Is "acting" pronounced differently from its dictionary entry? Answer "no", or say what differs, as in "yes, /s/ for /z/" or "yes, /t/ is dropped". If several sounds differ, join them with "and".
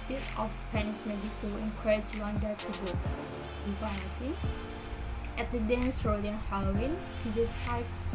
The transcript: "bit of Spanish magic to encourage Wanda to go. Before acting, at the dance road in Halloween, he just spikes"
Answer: yes, /k/ is dropped